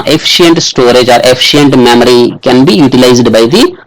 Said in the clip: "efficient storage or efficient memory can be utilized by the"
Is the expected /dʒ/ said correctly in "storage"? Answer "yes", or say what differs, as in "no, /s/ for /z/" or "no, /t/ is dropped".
yes